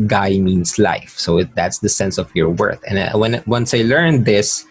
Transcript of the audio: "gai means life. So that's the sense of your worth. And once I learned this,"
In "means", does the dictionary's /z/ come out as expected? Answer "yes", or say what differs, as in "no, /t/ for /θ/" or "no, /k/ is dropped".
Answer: no, /s/ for /z/